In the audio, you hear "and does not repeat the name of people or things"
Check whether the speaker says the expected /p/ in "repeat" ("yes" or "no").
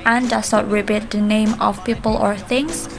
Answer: no